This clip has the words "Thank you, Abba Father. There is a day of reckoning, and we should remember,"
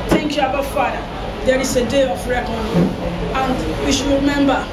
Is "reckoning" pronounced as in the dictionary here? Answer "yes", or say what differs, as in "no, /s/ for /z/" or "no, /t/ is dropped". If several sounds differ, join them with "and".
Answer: no, /n/ is dropped